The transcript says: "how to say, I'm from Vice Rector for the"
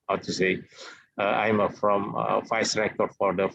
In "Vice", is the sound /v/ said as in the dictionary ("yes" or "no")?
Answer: no